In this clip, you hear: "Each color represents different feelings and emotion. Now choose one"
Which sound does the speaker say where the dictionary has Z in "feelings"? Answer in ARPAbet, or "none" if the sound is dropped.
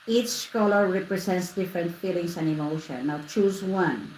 S